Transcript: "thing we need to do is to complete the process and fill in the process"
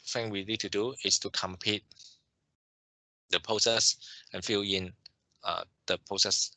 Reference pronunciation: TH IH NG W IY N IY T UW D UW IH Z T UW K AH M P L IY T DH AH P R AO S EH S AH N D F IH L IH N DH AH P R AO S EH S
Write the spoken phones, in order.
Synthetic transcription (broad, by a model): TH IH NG W IY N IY T UW D UW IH S T UW K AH M P IY T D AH P R AO S EH S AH N F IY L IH N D AH P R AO S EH S